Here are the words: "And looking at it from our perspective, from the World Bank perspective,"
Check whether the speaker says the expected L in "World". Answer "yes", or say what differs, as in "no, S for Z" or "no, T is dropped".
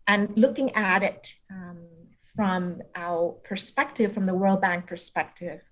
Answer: yes